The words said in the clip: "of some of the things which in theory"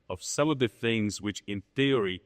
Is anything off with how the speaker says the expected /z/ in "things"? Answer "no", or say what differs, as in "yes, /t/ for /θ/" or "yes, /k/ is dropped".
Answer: no